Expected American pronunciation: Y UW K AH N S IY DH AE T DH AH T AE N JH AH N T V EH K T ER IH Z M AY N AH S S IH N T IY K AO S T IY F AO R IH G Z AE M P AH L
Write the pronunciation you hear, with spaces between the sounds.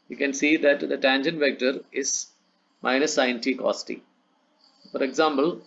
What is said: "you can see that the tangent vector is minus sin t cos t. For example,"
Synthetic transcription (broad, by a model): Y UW K AH N S IY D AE T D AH T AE N JH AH N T V EH K T ER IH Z M AY N AH S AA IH N T IY K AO S T IY F AO R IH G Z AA M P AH L